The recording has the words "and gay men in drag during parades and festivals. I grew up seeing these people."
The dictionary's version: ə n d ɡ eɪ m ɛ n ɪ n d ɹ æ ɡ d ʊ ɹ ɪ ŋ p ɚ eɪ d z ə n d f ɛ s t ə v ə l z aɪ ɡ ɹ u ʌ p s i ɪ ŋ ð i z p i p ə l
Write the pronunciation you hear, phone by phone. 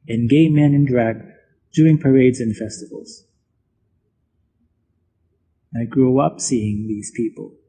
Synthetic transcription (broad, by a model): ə n ɡ eɪ m ɛ n ɪ n d ɹ æ ɡ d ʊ ɹ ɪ ŋ p ɚ eɪ d z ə n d f ɛ s t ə v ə l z aɪ ɡ ɹ u ʌ p s i ɪ ŋ ð i z p i p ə l